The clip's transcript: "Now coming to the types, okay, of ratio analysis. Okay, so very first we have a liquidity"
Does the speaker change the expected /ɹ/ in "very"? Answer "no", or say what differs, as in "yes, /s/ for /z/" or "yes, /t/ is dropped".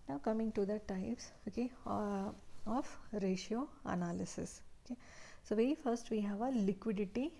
yes, /ɹ/ is dropped